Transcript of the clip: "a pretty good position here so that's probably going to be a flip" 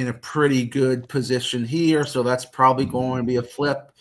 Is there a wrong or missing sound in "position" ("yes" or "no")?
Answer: no